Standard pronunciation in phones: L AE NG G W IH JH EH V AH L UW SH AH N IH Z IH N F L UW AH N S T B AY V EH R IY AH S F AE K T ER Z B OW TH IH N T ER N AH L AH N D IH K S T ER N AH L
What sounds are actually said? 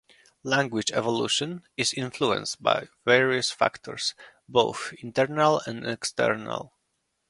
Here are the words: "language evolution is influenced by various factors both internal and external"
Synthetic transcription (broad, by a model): L AE NG G W IH JH EH V AH L UW SH AH N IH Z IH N F L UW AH N S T B AY V EH R IY AH S F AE K T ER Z B OW TH IH N T ER N AH L AH N D IH K S T ER N AH L